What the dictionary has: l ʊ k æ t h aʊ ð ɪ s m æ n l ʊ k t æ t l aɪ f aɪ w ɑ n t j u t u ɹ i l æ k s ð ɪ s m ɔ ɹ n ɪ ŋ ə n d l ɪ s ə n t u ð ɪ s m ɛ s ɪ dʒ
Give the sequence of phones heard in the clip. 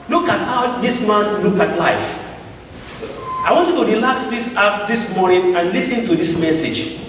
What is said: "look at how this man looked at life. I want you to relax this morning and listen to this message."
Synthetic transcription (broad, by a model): l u k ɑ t h aʊ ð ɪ s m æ n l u k ɑ t l aɪ f aɪ w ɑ n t j u t u ɹ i l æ k s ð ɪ s m ɔ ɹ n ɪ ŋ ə n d l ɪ s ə n t u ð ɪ s m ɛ s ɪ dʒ